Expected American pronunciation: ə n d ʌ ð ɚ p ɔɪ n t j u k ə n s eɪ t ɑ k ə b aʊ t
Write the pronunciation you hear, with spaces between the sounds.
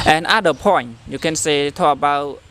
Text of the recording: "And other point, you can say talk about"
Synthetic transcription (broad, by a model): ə n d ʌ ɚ p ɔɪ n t j u k ə n s eɪ t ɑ ə b aʊ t